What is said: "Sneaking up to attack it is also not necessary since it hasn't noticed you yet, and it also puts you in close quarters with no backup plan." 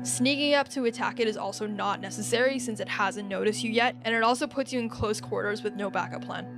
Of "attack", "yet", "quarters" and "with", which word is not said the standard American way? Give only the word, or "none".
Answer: none